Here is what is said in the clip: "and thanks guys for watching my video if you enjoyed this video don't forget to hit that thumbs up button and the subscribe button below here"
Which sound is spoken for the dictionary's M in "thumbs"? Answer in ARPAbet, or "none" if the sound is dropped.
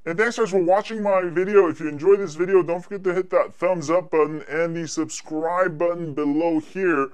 M